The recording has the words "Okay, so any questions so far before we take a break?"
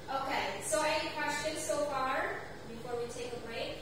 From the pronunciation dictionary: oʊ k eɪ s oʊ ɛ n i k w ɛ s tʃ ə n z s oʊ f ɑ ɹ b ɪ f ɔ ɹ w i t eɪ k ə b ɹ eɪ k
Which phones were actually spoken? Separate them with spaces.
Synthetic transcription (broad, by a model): oʊ k eɪ s oʊ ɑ i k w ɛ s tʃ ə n s oʊ f ɑ ɹ b ɪ f ɔ ɹ w i t eɪ k ə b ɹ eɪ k